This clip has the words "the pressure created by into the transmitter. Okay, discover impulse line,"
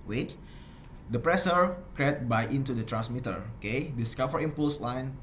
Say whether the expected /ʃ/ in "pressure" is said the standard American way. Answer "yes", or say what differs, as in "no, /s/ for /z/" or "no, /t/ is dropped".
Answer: no, /s/ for /ʃ/